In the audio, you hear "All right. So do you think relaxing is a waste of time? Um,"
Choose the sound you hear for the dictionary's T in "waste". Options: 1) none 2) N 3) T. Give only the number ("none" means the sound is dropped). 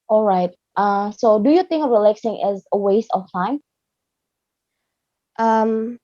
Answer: 3